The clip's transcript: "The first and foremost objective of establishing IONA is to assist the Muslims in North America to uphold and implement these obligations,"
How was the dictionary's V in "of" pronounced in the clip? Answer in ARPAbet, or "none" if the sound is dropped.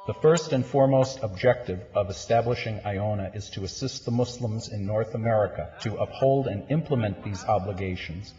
V